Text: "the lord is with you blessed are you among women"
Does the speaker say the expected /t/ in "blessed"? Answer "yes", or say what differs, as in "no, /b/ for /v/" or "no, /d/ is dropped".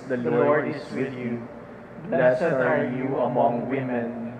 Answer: no, /t/ is dropped